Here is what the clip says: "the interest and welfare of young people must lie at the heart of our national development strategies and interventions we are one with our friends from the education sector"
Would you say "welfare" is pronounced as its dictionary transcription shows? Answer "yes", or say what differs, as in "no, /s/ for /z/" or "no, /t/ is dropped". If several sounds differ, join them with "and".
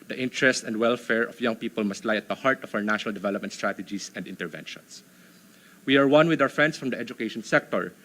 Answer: yes